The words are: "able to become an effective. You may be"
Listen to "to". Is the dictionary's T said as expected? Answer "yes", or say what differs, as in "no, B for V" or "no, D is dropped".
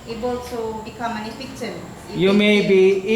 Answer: no, S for T